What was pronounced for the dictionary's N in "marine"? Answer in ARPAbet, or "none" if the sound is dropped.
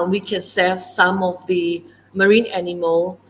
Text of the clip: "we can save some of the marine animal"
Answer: N